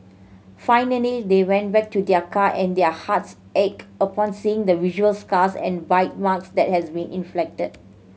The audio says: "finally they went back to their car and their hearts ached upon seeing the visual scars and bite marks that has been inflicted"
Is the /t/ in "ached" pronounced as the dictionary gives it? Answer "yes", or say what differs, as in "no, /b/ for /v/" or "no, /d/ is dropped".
no, /t/ is dropped